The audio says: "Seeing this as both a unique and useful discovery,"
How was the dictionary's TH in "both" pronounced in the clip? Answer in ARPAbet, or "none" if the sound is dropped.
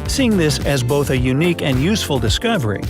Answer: TH